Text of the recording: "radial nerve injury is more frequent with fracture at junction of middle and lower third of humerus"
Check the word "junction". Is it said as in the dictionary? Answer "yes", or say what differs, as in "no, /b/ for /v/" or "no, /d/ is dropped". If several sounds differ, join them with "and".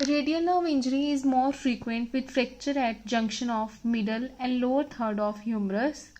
yes